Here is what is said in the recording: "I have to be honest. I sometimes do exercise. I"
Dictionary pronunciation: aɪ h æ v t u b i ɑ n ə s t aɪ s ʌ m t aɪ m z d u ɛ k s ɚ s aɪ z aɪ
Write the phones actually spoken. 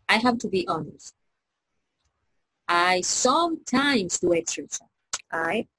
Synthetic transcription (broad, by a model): aɪ h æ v t u b i ɑ n ə s t aɪ s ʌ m t aɪ m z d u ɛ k s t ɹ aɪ s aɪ